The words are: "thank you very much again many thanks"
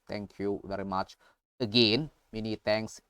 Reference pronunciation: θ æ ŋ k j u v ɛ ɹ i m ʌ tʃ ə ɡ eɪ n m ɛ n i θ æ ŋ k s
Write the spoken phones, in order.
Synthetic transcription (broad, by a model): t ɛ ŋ k j u v ɛ ɹ i m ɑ tʃ ə ɡ eɪ n m ɛ n i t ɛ ŋ k s